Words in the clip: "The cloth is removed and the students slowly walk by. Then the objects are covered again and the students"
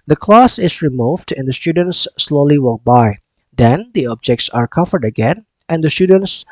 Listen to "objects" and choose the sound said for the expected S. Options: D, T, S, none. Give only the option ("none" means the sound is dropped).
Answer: S